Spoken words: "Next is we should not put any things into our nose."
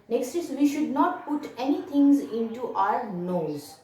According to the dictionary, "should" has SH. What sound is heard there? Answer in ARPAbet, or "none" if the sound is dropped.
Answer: SH